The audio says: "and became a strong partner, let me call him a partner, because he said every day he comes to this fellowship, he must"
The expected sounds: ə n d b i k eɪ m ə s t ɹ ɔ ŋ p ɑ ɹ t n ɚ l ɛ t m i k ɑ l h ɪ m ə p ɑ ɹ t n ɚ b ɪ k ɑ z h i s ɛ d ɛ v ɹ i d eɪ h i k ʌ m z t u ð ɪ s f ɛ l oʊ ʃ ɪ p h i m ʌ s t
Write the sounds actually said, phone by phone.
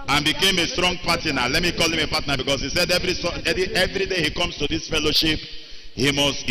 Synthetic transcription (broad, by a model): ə n b i k eɪ m ə s t ɹ ɔ ŋ p ɑ t n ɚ l ɛ t m i k ɑ l h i m ə p ɑ t n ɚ b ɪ k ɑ s h i s ɛ d ɛ v ɹ i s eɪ h i k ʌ m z t u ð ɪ s f ɛ l oʊ ʃ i p h i m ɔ s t